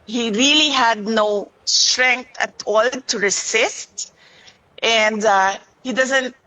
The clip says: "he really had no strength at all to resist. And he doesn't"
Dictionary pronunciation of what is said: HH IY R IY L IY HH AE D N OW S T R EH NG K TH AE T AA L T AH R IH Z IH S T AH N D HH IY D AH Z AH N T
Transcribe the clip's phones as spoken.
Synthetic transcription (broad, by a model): HH IY R IY L IY HH AE D N OW S T R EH NG K T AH T AA L T AH R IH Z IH S T AH N D HH IY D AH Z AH N T